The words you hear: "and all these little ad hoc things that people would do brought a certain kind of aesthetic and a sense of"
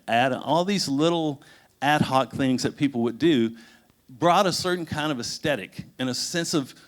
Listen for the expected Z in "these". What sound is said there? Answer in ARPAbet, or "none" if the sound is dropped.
Z